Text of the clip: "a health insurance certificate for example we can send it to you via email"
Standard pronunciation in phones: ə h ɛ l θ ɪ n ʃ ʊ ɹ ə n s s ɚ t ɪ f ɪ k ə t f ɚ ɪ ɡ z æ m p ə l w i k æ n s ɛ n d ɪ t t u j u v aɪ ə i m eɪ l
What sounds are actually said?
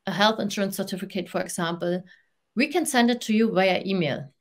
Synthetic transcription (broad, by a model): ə h ɛ l θ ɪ n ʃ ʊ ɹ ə n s s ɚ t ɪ f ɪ k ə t f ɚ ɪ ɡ s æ m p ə l w i k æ n s ɛ n d ɪ t t u j u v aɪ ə i m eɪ l